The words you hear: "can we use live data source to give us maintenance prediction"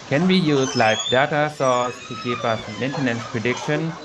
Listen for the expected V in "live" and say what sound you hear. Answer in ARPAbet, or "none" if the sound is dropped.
F